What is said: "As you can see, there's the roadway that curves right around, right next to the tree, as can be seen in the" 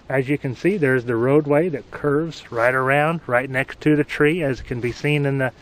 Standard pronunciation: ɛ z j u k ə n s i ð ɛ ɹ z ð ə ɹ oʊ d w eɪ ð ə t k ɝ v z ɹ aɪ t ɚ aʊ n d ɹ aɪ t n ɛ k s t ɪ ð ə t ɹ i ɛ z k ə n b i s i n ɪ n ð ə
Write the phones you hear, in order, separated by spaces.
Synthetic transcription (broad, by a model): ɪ z j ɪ k ə n s i ð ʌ ɹ z ð ə ɹ oʊ d w eɪ ð ə t k ɝ v z ɹ aɪ t ɚ aʊ n d ɹ aɪ t n ɛ k s t ɪ ð ə t ɹ i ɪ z k ə n b i s i n ɪ n ð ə